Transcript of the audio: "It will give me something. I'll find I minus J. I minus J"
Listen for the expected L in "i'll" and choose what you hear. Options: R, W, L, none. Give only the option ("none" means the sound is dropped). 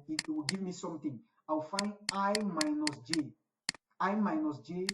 W